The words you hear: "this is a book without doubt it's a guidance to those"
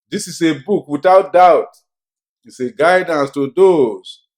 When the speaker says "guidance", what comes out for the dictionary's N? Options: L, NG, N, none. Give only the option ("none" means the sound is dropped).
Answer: N